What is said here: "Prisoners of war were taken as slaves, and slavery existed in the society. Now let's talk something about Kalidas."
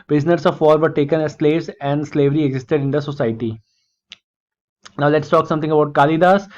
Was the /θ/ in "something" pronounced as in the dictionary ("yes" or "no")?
no